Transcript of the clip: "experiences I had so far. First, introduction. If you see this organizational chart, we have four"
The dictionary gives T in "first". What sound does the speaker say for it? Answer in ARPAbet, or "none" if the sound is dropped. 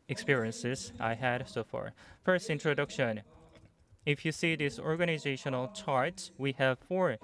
T